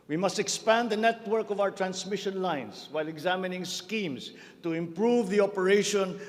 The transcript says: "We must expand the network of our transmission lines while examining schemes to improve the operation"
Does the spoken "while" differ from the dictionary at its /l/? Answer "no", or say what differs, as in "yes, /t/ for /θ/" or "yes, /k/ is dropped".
no